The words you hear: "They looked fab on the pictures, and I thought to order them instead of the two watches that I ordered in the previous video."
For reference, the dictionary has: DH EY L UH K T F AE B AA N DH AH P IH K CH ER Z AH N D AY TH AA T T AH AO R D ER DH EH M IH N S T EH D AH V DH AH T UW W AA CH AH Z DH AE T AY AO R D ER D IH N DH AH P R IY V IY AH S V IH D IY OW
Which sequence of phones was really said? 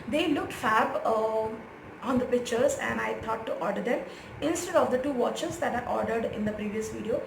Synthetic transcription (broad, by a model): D EY L UH K T F AE B AA N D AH P IH K CH ER Z AH N D AY T AA T T AO R D ER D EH M IH N S T EH D AH V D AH T UW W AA CH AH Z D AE T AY AO R D ER D IH N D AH P R IY V IY AH S V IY D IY OW